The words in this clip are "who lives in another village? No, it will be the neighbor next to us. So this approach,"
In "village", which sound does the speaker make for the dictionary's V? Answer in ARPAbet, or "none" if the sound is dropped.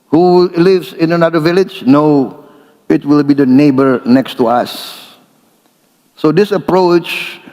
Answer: V